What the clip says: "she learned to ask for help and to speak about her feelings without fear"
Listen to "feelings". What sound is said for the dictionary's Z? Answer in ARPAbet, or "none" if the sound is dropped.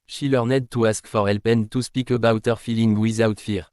none